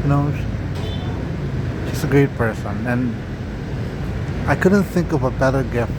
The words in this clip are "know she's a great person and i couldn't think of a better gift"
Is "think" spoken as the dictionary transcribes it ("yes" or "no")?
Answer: yes